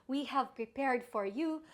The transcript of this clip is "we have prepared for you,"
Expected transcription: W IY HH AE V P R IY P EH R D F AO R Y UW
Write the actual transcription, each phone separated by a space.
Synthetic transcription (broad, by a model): W IY HH AE V P R IY P EH R D F AO R Y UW